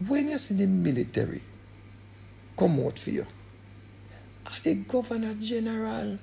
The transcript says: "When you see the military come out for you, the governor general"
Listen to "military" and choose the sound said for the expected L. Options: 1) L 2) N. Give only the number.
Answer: 1